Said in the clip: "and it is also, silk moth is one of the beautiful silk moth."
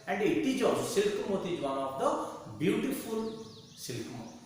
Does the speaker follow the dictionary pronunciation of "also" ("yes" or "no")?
no